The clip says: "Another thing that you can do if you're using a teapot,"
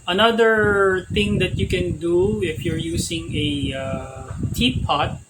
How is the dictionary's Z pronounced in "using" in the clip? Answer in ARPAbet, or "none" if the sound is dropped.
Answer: S